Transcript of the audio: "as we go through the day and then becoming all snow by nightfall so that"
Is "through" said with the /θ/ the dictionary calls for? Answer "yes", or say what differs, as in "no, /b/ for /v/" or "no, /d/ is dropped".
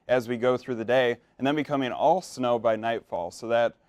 yes